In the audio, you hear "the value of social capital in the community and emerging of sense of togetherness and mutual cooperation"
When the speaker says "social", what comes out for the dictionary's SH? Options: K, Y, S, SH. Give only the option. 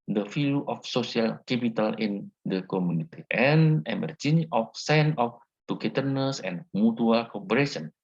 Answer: S